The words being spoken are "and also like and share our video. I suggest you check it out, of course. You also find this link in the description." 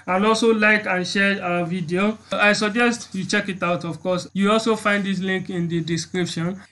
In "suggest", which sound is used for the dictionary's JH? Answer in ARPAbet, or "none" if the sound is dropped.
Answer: JH